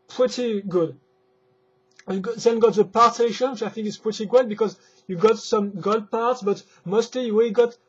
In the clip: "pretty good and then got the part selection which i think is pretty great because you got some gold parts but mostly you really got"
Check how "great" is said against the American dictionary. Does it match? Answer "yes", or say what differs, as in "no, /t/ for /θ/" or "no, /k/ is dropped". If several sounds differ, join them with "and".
no, /ɹ/ is dropped